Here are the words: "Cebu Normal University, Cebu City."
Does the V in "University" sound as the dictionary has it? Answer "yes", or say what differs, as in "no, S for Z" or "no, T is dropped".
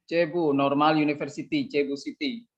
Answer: no, F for V